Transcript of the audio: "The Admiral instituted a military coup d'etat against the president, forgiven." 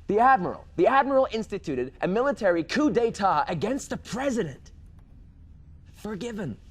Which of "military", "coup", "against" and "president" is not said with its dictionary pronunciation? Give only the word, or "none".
none